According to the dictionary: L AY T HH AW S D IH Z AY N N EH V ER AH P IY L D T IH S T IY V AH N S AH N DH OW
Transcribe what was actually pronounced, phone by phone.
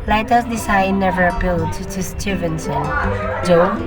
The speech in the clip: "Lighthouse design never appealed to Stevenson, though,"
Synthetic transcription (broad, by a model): L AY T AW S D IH S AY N N EH V ER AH P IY L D T IH S T IY V AH N S AH N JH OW